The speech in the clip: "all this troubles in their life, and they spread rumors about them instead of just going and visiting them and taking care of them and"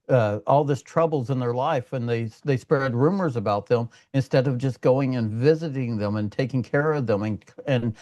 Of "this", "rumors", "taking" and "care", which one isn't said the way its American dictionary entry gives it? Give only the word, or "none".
none